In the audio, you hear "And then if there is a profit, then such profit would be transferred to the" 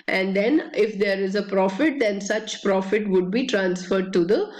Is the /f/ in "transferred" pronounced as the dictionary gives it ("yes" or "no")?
yes